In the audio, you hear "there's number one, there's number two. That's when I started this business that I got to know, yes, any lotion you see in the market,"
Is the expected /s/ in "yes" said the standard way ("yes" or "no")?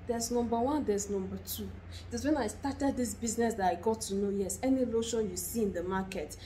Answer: yes